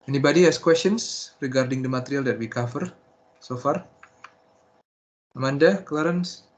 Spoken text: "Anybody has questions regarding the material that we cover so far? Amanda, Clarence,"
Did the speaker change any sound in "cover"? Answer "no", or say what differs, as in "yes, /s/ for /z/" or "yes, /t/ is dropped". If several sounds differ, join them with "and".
yes, /f/ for /v/